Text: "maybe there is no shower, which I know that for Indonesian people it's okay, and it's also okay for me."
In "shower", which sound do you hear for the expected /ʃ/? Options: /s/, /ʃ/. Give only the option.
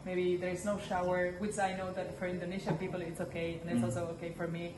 /ʃ/